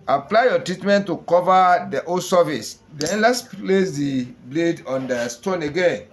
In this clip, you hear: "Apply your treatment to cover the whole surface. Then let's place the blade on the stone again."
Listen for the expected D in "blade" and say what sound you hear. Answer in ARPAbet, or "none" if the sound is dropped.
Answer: D